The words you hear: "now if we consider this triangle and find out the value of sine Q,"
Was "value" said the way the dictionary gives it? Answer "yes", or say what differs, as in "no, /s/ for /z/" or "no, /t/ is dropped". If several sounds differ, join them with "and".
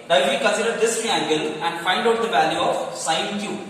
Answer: yes